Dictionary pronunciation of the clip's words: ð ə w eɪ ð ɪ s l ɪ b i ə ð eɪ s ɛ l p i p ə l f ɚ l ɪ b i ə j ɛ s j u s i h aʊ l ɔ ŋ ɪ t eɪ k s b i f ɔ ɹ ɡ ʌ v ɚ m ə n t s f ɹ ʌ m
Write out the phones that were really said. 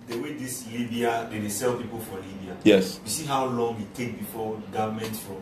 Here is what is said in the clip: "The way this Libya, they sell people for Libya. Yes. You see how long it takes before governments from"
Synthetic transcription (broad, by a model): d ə w eɪ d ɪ s l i b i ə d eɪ s ɛ l p i p ə l f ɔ l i b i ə j ɛ s j u s i h aʊ l ɔ ŋ ɪ t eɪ k b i f ɔ ɡ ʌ v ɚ m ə n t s f ɹ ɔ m